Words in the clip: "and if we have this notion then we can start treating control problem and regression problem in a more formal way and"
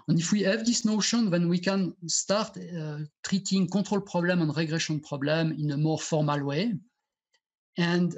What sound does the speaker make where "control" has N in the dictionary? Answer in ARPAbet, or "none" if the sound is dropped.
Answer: none